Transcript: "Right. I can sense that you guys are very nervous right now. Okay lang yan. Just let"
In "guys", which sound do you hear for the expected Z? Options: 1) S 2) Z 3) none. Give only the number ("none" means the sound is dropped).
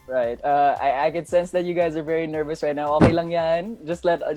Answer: 2